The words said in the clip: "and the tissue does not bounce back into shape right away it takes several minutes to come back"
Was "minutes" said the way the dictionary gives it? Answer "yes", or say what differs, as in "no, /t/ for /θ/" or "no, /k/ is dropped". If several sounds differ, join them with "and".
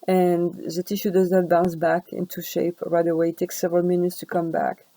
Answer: yes